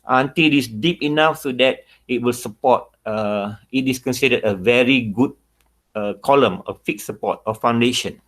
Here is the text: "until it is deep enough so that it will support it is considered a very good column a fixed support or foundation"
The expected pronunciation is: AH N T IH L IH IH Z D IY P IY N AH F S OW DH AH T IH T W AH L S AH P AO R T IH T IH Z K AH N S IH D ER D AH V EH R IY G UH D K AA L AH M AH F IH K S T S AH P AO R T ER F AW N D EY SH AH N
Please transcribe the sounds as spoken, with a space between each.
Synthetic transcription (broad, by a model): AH N T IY L IH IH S D IY P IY N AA F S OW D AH T IH T W AH L S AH P AO T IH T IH S K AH N S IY D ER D AH V EH R IY G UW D K AA L AH M AH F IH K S S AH P AO T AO F AW N D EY SH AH N